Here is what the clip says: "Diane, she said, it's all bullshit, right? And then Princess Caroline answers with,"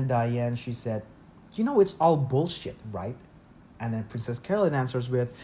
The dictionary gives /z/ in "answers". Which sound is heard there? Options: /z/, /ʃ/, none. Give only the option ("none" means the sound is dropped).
/z/